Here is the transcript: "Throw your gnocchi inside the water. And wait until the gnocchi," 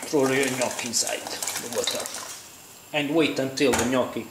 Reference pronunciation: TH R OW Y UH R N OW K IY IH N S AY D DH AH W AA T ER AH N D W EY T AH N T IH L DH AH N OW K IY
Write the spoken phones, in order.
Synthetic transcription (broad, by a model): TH R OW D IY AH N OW K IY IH N S AY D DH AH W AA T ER AH N D W EY T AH N T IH L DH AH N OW K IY